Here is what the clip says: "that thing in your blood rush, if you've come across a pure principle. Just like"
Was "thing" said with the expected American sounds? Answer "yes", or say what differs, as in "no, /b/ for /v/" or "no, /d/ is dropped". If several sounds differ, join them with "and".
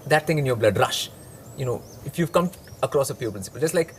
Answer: no, /t/ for /θ/